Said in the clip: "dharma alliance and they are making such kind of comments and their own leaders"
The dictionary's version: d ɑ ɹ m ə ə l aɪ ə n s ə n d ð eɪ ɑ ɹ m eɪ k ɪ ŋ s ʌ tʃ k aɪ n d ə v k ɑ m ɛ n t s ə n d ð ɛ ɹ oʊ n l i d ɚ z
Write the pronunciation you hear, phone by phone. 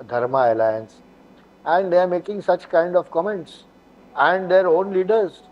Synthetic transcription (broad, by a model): d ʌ ɹ m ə ə l aɪ ə n s ə n d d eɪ ɑ ɹ m eɪ k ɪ ŋ s ʌ tʃ k aɪ n d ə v k ɑ m ɛ n t s ə n d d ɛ ɹ oʊ n l i d ɚ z